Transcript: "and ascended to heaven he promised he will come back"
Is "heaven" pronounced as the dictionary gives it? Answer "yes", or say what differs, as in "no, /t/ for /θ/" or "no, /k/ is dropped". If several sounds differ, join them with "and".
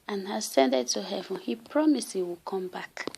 yes